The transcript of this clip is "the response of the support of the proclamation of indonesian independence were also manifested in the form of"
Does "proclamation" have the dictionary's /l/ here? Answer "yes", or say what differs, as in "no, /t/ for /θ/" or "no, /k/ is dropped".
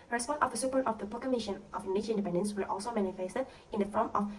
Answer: no, /l/ is dropped